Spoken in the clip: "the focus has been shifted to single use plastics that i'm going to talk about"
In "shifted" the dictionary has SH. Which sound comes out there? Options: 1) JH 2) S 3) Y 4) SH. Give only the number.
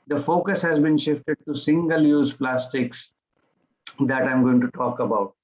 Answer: 4